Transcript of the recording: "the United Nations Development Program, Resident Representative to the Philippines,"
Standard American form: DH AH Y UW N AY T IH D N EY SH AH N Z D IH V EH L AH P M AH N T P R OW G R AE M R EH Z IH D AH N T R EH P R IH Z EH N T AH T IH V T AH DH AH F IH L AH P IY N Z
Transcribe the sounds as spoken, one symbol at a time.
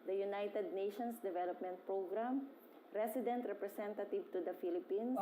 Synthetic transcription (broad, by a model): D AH Y UW N AY T IH D N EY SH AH N S D IH V EH L AH P M AH N T P R OW G R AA M R EH S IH D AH N T R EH P R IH S EH N T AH T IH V T AH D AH F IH L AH P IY N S